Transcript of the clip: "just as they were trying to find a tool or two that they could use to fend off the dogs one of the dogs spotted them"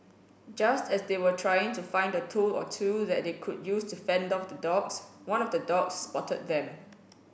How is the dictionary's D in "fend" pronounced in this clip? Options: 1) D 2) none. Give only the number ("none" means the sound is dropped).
1